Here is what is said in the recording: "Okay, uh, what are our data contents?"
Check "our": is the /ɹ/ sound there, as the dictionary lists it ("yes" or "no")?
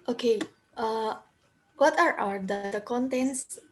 no